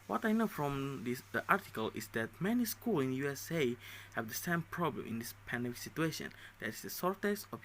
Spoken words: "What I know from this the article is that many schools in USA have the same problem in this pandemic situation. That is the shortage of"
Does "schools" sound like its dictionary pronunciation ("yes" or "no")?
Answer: no